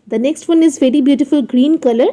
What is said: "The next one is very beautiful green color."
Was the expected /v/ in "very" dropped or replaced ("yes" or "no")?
no